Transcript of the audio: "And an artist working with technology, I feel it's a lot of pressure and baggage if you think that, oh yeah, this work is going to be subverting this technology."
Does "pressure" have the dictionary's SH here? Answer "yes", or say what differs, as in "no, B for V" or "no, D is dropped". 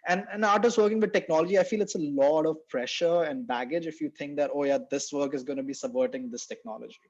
yes